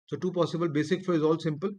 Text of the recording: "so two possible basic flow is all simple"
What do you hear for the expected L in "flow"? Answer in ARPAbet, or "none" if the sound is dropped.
none